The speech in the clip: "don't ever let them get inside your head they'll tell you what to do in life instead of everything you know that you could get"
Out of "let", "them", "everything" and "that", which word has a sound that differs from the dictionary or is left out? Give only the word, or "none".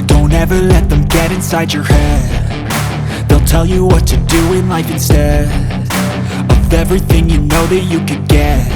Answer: none